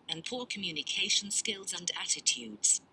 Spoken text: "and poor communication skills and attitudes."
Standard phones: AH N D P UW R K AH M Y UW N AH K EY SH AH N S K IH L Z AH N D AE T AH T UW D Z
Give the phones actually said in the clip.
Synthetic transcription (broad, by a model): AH N P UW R K AH M Y UW N AH K EY SH AH N S K IH L Z AH N D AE T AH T UW D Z